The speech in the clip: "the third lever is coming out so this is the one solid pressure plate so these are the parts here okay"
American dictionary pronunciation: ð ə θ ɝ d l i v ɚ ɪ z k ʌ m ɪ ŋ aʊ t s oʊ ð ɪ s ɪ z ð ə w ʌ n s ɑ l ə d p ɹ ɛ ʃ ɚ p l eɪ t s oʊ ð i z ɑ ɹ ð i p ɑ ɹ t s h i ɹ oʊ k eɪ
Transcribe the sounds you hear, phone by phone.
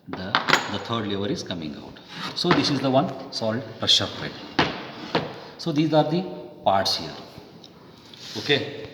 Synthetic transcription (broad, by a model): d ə t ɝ d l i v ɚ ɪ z k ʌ m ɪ ŋ aʊ t s oʊ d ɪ s ɪ z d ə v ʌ n s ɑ l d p ɹ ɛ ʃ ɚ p eɪ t s oʊ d i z ɑ ɹ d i p ɑ ɹ t s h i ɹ oʊ k eɪ